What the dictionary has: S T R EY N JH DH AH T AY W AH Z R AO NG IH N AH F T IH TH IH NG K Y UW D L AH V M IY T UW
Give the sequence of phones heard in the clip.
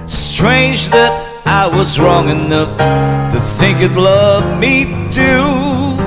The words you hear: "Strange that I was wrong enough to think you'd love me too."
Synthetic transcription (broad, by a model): S T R EY N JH DH AH T AY W AH Z R AO NG IH N AH F T IH TH IH NG K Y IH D L AH V M IY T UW